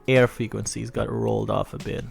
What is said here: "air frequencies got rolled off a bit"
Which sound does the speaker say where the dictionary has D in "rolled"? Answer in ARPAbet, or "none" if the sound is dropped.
D